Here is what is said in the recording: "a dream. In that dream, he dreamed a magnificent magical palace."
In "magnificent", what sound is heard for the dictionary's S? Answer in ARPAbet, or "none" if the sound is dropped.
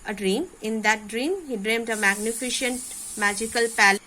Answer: SH